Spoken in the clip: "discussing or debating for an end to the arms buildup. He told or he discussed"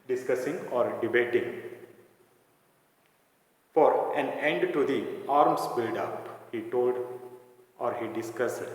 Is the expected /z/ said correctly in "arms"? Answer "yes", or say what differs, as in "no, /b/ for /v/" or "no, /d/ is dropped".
no, /s/ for /z/